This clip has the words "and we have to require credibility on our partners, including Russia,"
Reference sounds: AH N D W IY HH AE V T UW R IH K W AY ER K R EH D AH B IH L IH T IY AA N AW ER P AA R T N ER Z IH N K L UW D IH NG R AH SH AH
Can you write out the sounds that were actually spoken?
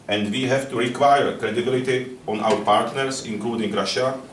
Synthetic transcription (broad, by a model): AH N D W IY HH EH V T UW R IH K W AY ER K R EH D AH B IH L IH T IY AA N AW ER P AA R T N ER S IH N K L UW D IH NG R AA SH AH